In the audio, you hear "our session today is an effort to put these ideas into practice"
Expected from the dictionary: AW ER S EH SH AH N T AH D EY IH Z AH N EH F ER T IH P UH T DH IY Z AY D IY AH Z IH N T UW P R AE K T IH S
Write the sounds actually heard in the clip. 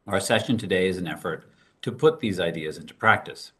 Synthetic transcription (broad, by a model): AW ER S EH SH AH N T AH D EY IH Z AH N EH F ER T IH P UH T DH IY Z AY D IY AH Z IH N T UW P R AE K T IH S